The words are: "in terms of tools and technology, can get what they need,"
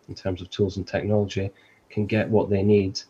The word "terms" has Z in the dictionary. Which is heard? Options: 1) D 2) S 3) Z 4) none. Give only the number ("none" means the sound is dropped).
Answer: 3